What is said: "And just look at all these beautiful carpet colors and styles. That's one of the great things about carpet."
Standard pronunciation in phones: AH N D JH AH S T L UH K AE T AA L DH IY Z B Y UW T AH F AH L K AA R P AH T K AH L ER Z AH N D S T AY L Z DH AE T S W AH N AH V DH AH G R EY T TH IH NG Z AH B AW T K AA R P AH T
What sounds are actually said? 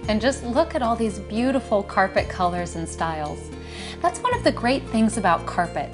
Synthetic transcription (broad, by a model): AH N JH AH S T L UH K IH T AA L DH IY Z B Y UW T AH F L K AA R P AH T K AH L ER Z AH N S T AY L Z DH AE T S W AH N AH V DH AH G R EY T TH IH NG Z AH B AW T K AA R P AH T